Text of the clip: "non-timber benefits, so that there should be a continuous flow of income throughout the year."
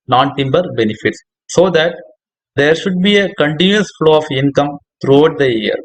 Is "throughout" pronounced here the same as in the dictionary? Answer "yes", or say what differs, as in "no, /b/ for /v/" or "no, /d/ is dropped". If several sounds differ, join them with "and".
no, /t/ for /θ/